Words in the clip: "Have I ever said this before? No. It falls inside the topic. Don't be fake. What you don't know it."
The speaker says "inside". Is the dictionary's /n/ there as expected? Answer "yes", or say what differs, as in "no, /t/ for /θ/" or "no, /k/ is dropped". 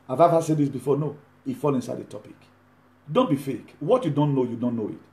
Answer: yes